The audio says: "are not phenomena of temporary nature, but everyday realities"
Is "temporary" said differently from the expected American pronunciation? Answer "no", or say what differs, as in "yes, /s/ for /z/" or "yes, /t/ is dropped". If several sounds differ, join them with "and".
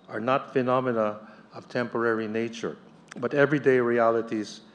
no